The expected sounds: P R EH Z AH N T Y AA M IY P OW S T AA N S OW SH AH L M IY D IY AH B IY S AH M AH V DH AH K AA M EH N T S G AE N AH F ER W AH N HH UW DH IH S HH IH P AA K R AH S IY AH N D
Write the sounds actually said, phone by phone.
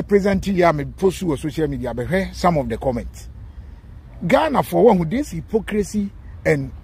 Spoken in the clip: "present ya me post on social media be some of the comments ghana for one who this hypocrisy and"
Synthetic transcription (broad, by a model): P R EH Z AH N T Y AA M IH P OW S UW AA S OW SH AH L M IY D IY AH B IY S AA M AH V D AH K AA M EH N T S G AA N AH F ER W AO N HH UW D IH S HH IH P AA K R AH S IY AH N